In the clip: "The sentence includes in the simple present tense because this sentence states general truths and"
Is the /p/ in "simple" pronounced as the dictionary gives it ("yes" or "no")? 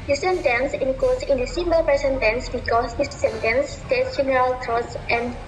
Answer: no